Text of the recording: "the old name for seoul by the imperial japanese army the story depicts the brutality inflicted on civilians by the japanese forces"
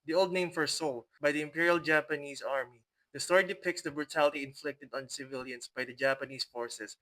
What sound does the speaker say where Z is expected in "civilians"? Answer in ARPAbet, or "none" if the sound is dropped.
S